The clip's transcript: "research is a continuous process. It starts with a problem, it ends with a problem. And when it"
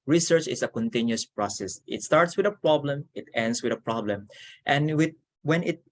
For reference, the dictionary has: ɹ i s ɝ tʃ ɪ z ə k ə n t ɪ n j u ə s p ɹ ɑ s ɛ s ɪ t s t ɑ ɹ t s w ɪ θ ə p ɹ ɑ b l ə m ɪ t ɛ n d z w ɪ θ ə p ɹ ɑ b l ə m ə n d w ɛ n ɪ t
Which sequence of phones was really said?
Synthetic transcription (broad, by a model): ɹ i s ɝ tʃ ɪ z ə k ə n t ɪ n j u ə s p ɹ ɑ s ɛ s ɪ t s t ɑ ɹ t s w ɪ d ə p ɹ ɑ b l ə m ɪ t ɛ n d s w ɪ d ə p ɹ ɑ b l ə m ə n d w ɛ n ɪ t